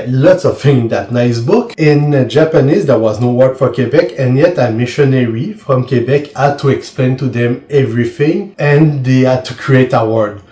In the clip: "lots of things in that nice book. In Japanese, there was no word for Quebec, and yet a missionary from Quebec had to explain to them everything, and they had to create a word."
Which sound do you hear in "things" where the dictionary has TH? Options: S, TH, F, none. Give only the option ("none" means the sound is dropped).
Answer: F